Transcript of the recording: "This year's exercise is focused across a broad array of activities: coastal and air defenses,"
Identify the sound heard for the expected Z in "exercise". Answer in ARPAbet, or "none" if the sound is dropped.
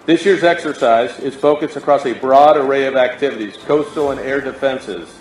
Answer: Z